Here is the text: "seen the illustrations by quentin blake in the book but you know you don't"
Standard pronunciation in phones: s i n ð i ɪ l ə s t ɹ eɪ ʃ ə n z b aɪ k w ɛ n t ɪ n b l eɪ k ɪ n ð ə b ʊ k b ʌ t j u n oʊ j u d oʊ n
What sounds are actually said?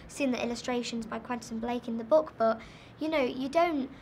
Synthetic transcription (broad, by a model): s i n ð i ɪ l ə s t ɹ eɪ ʃ ə n z b aɪ k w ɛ n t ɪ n b l eɪ k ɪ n ð ə b ʊ k b ʌ t j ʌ n oʊ j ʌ d oʊ n